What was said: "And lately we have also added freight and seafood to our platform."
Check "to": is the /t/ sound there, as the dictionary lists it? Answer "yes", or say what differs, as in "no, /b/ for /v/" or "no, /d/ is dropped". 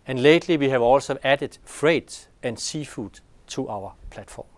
no, /s/ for /t/